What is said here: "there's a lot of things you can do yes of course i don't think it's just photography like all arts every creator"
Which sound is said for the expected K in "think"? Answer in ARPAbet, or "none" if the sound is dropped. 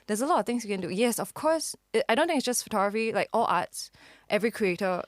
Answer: none